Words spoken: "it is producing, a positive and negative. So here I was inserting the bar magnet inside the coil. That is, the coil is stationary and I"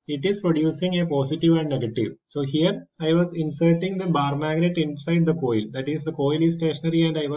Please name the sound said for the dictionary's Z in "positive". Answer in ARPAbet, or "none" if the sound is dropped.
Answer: S